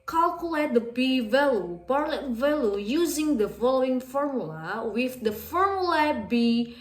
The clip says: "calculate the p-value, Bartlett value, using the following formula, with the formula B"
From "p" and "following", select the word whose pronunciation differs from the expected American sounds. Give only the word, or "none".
p